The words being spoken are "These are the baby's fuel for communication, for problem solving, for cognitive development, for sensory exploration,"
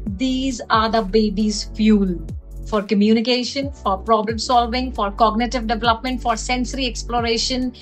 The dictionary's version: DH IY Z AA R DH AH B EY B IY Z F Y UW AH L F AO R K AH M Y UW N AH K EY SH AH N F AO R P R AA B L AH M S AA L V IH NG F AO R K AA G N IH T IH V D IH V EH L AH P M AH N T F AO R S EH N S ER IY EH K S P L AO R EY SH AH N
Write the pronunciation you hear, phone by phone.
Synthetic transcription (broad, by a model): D IY Z AA R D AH B EY B IY Z F Y UW L F AO R K AH M Y UW N AH K EY SH AH N F AO R P R AA B L AH M S AA L V IH NG F AO R K AA G N IH T IH V D IH V EH L AH P M AH N T F AO R S EH N S ER IY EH K S P L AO R EY SH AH N